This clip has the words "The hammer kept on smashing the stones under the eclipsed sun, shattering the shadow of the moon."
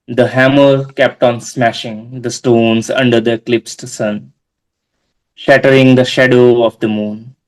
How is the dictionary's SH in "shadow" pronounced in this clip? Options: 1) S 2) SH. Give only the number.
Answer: 2